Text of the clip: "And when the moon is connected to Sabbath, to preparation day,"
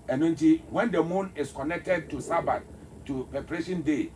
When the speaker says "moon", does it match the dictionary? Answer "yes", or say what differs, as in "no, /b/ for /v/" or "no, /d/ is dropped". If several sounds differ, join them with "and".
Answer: yes